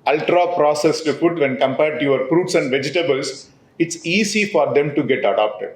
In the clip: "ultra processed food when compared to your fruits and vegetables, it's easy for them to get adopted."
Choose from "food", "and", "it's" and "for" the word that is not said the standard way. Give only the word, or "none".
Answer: food